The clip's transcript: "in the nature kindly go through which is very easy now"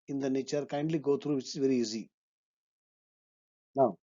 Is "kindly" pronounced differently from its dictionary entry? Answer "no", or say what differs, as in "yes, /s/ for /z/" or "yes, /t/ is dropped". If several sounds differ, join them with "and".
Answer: no